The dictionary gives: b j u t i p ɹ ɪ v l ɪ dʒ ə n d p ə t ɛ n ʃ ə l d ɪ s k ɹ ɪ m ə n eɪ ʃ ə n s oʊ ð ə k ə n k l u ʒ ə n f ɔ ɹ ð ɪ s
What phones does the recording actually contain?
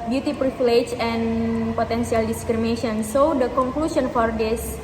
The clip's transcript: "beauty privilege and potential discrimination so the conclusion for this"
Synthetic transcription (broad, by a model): b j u t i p ɹ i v l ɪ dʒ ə n p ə t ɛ n s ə l d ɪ s k ɹ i m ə n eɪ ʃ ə n s oʊ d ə k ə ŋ k l u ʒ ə n f ɔ ɹ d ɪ s